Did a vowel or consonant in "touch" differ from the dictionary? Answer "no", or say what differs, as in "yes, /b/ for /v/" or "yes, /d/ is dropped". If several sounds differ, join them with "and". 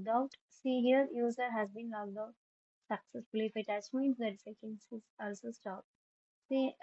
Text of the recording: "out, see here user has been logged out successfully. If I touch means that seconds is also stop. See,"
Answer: yes, /s/ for /tʃ/